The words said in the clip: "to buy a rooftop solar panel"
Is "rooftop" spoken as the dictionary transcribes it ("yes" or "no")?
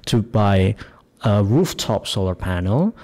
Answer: yes